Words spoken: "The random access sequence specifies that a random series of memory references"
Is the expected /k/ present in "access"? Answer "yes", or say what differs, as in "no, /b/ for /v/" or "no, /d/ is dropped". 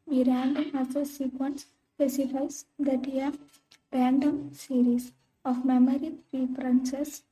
no, /k/ is dropped